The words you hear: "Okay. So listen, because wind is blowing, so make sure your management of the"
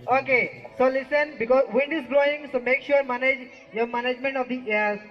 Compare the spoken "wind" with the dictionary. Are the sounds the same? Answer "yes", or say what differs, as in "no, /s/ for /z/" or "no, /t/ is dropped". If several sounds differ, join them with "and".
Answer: yes